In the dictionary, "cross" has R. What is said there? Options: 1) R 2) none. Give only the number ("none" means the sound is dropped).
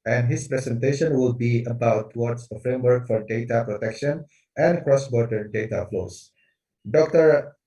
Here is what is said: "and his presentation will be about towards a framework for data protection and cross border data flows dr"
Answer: 1